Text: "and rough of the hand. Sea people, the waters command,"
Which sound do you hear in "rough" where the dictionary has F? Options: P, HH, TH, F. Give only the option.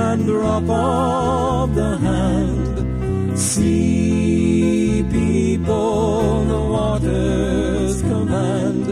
P